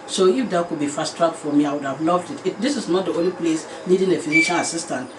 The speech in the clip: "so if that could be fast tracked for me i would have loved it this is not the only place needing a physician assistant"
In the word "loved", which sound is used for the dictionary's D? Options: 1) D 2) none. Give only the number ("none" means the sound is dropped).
1